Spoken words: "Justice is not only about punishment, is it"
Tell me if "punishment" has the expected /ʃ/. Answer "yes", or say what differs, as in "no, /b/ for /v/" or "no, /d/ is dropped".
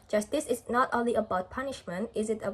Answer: yes